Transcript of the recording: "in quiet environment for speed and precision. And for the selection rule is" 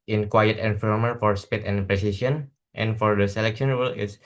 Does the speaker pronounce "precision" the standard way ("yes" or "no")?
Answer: no